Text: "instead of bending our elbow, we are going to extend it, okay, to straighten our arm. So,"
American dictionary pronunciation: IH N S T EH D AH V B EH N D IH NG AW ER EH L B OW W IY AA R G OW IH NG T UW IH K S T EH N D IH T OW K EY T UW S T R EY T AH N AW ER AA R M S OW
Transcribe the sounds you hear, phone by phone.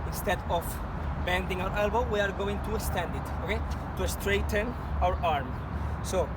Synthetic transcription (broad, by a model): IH N S T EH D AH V B EH N D IH NG AW ER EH L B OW W IY AA R G OW IH NG T UW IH S T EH N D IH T OW K EY T UW S T R EY T AH N AW ER AA R M S OW